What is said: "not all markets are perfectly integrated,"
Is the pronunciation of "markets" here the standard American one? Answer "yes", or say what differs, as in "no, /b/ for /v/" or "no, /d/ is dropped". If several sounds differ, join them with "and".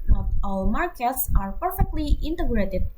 yes